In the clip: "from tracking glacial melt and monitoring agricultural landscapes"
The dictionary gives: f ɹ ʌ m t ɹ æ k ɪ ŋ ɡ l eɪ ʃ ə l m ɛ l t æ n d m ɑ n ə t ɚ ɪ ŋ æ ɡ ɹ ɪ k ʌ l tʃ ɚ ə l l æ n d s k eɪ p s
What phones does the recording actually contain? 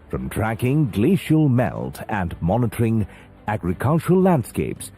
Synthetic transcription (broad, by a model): f ɹ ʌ m t ɹ æ k ɪ ŋ ɡ l eɪ ʃ ə l m ɛ l t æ n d m ɑ n ə t ɚ ɪ ŋ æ ɡ ɹ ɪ k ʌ l tʃ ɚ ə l l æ n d s k eɪ p s